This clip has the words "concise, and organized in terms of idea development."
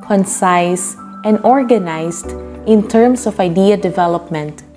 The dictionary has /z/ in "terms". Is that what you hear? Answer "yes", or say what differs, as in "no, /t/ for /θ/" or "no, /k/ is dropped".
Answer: no, /s/ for /z/